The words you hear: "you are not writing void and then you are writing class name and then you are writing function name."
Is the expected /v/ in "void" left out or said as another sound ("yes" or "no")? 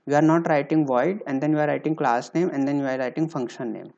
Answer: no